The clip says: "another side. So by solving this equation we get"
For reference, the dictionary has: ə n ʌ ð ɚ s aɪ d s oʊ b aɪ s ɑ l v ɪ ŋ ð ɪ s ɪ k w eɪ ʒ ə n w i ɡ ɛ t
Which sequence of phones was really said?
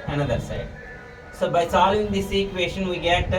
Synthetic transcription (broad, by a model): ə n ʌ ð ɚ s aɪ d s oʊ b aɪ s ɑ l ɪ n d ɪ s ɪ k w eɪ ʃ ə n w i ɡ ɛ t